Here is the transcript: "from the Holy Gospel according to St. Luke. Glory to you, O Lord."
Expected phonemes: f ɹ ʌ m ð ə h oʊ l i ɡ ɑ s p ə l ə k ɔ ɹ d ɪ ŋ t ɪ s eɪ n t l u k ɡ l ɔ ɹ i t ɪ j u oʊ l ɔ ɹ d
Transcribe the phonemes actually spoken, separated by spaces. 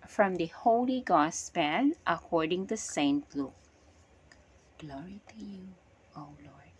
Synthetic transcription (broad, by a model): f ɹ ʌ m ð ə h oʊ l i ɡ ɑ s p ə n ə k ɔ ɹ d ɪ ŋ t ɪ s eɪ n t l u k ɡ l ɔ ɹ i t ɪ j u oʊ l ɔ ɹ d